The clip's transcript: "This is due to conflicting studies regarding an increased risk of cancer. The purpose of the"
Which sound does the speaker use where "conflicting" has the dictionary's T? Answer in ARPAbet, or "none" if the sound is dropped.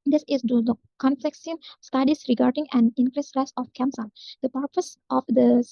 S